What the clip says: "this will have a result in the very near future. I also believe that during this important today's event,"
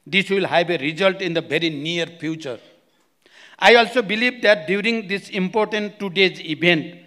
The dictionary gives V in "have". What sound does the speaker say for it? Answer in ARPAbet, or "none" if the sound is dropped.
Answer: B